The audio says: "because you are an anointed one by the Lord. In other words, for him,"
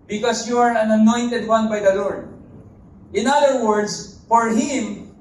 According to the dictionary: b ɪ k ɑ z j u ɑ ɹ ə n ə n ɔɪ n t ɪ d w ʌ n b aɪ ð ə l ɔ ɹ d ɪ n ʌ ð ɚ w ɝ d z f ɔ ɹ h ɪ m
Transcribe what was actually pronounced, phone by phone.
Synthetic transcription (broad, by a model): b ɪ k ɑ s j u ɑ ɹ ə n ə n ɔɪ n t ɪ d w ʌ n b aɪ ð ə l ɔ ɹ d ɪ n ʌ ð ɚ w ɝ d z f ɔ ɹ h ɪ m